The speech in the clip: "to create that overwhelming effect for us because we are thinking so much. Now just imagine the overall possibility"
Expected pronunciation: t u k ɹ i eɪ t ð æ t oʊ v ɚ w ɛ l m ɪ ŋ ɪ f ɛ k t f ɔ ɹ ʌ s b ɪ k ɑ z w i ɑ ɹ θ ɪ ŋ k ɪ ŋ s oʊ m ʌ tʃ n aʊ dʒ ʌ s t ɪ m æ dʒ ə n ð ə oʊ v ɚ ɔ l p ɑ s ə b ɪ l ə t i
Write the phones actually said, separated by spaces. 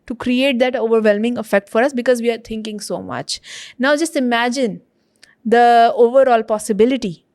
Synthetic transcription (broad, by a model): t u k ɹ i eɪ t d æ t oʊ v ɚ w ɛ l m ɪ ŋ ɪ f ɛ k t f ɔ ɹ ʌ s b ɪ k ɑ z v i ɑ ɹ t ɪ ŋ k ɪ ŋ s oʊ m ʌ tʃ n aʊ dʒ ʌ s t ɪ m æ dʒ ə n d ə oʊ v ɚ ɔ l p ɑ s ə b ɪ l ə t i